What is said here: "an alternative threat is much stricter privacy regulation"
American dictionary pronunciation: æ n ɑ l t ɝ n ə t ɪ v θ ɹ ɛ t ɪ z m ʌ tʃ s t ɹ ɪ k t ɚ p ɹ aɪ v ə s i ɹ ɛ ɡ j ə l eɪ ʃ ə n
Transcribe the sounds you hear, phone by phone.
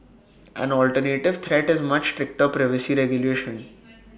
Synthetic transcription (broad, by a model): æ n ɑ l t ɝ n ə t ɪ v t ɹ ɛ t ɪ z m ʌ tʃ s t ɹ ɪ k t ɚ p ɹ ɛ v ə s i ɹ ɛ ɡ j ə l eɪ ʃ ə n